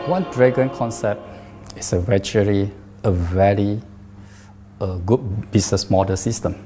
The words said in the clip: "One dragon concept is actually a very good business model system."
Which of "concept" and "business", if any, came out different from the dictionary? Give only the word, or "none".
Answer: business